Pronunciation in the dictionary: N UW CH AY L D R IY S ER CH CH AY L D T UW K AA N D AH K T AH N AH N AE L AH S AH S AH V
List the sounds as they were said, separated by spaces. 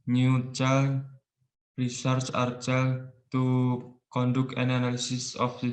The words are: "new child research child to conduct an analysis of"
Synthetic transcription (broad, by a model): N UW CH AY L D R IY S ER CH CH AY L T UW K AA N D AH K AH N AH N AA L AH S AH S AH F